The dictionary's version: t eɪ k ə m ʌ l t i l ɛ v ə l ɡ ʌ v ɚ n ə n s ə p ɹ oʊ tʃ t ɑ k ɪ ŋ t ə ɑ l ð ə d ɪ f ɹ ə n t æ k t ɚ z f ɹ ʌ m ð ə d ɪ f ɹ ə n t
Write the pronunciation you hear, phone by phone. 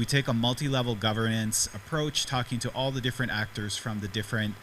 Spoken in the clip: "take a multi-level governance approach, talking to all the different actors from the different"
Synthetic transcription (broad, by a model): t eɪ k ə m ʌ l t i l ɛ v l ɡ ʌ v ɚ n ə n s ə p ɹ oʊ tʃ t ɑ k ɪ ŋ t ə ɑ l ð ə d ɪ f ɹ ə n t æ k t ɚ z f ɹ ʌ m ð ə d ɪ f ɹ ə n t